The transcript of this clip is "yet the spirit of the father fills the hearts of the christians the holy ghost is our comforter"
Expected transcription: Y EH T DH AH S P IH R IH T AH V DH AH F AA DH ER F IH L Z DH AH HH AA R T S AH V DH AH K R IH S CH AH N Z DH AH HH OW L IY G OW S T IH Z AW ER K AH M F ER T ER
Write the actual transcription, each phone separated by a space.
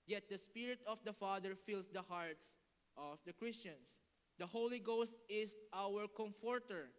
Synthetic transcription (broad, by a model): Y EH T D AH S P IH R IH T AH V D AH F AA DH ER F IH L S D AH HH AA R T S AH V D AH K R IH S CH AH N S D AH HH OW L IY G OW S T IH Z AW ER K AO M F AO T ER